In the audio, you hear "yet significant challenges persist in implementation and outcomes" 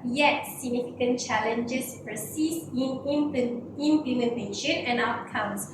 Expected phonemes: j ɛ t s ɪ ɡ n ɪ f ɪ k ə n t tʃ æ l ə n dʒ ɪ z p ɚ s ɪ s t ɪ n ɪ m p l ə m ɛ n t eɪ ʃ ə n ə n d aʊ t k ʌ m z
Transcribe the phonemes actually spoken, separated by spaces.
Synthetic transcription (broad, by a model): j ɛ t s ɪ ɡ n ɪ f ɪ k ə n tʃ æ l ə n dʒ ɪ s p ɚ s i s ɪ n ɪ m p l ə m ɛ n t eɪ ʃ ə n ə n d aʊ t k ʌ m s